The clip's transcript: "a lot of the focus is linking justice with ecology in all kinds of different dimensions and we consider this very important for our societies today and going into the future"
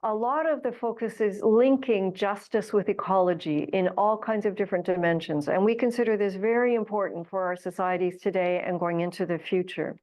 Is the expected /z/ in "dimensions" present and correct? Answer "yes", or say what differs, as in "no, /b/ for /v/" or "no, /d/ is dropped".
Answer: yes